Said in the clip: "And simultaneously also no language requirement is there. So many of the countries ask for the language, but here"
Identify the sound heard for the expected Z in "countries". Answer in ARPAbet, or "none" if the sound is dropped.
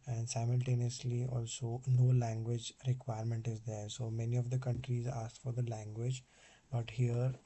Z